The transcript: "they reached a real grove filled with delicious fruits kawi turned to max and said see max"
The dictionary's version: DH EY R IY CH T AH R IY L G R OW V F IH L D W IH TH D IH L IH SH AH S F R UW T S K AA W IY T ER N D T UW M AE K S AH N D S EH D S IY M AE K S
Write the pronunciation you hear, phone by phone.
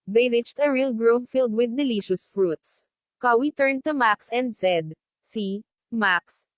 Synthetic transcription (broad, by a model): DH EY R IY CH T AH R IY L G R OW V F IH L D W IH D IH L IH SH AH S F R UW T S K AA W IY T ER N D T UW M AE K S AH N D S EH D S IY M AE K S